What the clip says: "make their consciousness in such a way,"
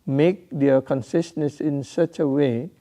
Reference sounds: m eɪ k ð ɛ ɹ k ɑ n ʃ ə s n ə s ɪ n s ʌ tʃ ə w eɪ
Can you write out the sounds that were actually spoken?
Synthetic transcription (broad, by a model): m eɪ k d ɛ k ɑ n s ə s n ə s ɪ n s ʌ tʃ ə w eɪ